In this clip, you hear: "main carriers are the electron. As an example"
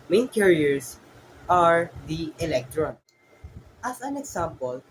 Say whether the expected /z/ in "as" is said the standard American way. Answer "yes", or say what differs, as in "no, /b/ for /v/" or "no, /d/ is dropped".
no, /s/ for /z/